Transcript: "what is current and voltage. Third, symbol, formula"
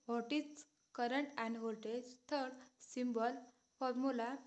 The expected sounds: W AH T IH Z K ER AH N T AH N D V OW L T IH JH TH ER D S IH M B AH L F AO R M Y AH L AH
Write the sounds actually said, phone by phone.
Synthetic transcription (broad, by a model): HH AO T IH S K ER AH N T AH N D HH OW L T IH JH T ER D S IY M B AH L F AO R M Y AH L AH